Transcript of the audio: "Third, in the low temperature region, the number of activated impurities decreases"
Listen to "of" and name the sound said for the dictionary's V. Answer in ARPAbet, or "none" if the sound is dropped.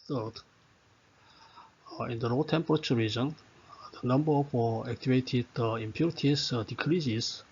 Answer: F